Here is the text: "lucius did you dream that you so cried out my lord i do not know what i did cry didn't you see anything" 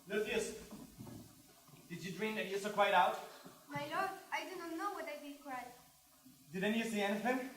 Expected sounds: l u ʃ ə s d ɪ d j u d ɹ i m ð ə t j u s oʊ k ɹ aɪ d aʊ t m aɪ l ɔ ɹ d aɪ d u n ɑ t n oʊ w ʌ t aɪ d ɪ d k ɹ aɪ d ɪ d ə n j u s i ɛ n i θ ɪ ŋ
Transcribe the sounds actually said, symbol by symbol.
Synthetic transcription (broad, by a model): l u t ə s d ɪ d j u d ɹ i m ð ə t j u s oʊ k w aɪ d aʊ t m aɪ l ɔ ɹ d aɪ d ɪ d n n oʊ w ʌ t aɪ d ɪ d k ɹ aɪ d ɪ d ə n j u s i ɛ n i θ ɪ ŋ